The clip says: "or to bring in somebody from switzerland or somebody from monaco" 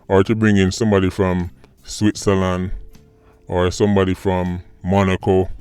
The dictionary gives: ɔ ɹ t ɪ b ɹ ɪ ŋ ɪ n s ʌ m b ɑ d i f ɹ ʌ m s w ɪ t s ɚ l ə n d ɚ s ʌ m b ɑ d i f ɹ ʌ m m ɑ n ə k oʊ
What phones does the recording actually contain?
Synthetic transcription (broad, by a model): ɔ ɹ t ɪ b ɹ ɪ ŋ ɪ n s ʌ m b ɑ d i f ɹ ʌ m s w ɪ t s ɚ l ə n d ɚ s ʌ m b ɑ d i f ɹ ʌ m m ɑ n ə k oʊ